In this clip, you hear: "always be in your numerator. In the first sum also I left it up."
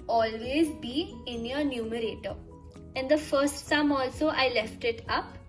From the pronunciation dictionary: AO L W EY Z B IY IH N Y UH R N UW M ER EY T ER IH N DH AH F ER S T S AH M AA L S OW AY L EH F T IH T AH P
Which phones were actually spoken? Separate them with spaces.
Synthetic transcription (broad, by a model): AO L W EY Z B IY IH N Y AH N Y UW M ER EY T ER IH N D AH F ER S T S AH M AA L S OW AY L EH F T IH T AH P